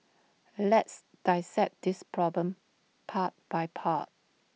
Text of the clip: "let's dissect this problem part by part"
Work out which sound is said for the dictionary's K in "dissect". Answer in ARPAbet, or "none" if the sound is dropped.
none